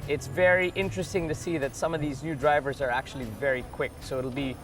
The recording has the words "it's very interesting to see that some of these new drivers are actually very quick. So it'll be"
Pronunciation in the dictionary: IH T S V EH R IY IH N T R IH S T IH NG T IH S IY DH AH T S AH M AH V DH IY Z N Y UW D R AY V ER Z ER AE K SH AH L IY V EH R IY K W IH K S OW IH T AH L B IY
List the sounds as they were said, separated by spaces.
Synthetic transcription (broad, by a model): IH T S V EH R IY IH N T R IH S T IH NG T IH S IY DH AH T S AH M AH V DH IY Z N Y UW D R AY V ER Z ER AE K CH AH L IY V EH R IY K W IH K S OW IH T L B IY